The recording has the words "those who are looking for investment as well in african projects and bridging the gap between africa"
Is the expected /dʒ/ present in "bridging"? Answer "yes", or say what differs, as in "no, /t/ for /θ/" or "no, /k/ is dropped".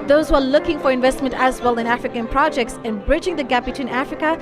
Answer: yes